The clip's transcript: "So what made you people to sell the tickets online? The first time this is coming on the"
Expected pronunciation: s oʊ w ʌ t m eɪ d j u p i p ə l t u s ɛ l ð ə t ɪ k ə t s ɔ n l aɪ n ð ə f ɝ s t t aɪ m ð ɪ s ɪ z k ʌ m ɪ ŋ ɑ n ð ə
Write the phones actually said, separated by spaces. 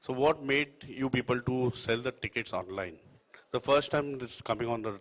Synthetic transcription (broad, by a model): s oʊ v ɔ t m eɪ d j u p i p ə l t u s ɛ l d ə t ɪ k ə t s ɔ n l aɪ n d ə f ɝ s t t aɪ m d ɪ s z k ʌ m ɪ ŋ ɑ n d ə